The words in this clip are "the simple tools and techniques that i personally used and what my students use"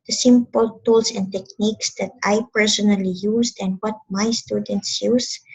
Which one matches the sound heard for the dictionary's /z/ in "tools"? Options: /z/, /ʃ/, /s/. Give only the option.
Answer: /s/